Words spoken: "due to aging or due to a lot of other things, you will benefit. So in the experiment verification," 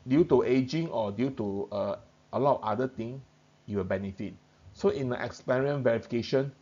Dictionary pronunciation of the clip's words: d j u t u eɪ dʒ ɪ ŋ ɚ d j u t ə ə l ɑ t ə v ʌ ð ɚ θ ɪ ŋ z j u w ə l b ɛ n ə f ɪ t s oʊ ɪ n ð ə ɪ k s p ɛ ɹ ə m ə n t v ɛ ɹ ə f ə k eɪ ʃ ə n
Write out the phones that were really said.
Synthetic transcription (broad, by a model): d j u t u eɪ dʒ ɪ ŋ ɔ d j u t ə ə l ɑ t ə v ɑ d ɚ t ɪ ŋ j u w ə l b ɛ n ə f ɪ t s oʊ ɪ n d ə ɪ k s p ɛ ɹ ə ə n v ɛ ɹ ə f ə k eɪ ʃ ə n